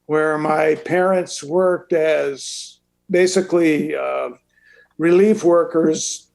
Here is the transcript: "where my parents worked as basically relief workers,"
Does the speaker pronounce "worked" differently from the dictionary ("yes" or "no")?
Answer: no